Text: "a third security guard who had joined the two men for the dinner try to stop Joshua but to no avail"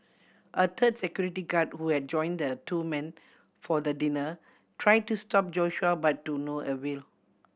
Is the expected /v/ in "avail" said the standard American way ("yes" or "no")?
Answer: no